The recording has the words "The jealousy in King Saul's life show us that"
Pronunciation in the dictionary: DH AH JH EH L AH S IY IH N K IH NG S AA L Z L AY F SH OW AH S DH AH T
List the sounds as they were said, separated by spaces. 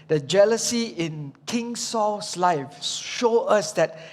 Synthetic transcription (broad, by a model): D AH JH EH L AH S IY IH N K IH NG S AA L S L AY F SH OW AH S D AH T